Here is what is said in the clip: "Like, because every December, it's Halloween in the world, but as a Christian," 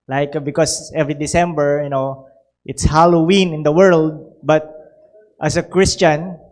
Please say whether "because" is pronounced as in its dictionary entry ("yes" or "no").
no